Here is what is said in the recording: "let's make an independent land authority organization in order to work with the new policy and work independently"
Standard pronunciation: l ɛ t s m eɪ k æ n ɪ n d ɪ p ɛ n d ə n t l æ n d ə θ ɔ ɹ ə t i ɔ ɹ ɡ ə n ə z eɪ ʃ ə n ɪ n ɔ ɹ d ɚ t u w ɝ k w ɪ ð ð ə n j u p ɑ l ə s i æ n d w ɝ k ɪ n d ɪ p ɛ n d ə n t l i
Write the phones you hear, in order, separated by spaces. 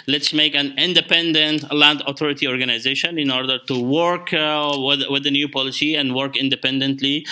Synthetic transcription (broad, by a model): l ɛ t s m eɪ k æ n ɪ n d ɪ p ɛ n d ə n t l æ n d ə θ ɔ ɹ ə t i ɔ ɹ ɡ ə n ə z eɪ ʃ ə n ɪ n ɔ ɹ d ɚ t u w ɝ k w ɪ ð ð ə n j u p ɑ l ə s i æ n d w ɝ k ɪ n d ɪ p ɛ n d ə n t l i